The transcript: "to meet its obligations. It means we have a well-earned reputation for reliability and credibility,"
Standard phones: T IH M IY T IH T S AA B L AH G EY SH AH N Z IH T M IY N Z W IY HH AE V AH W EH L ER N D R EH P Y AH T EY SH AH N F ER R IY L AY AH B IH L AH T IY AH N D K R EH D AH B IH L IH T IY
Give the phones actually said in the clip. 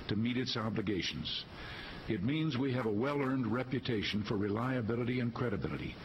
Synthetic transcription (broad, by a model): T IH M IY T IH T S AA B L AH G EY SH N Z IH T M IY N Z W IY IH V AH W EH L ER N D R EH P Y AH T EY SH N F ER R IY L AY AH B IH L AH T IY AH N K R EH D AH B IH L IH T IY